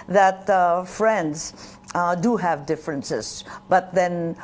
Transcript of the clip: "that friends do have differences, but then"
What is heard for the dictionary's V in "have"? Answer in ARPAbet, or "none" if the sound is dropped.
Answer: V